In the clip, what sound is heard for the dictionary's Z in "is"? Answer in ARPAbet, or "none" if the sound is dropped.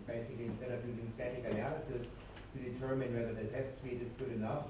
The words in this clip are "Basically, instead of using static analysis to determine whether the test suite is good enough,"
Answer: S